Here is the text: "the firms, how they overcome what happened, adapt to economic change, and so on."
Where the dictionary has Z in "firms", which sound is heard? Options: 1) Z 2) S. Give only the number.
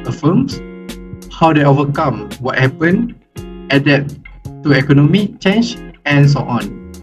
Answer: 2